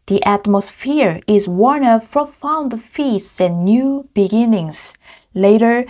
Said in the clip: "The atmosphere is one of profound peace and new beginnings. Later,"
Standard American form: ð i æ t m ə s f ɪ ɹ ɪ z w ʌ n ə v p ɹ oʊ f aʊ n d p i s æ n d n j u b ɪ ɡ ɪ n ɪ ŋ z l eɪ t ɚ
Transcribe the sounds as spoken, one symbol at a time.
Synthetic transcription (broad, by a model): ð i æ t m ə s f ɪ ɹ ɪ z w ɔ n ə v p ɹ oʊ f aʊ n d f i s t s n j u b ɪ ɡ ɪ n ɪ ŋ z l eɪ t ɚ